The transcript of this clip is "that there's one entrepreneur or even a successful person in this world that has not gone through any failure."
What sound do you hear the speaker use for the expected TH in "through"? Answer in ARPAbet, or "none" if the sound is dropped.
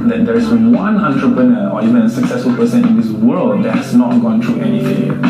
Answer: T